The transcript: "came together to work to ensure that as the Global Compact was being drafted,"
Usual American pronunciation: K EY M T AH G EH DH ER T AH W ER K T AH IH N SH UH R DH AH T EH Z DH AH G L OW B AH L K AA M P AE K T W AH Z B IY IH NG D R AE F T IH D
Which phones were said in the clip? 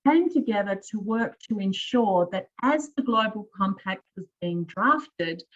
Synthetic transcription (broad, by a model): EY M T AH G EH DH ER T AH W ER K T AH IH N SH UH R DH AH T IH Z DH AH G L OW B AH L K AA M P AE K T W AH Z B IY IH NG D R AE F T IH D